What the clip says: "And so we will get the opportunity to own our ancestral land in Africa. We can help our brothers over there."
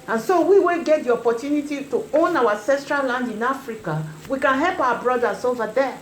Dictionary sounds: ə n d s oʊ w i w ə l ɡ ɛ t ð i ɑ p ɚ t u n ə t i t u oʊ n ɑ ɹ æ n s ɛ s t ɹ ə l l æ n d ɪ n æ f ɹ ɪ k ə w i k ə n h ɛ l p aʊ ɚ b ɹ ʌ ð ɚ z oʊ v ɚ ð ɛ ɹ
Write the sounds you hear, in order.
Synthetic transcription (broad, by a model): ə n s oʊ w i w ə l ɡ ɛ t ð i ɑ p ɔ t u n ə t i t u oʊ n ɑ w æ s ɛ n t ɹ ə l l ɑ n d ɪ n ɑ f ɹ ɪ k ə w i k ə n h ɛ l p aʊ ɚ b ɹ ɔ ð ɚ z oʊ v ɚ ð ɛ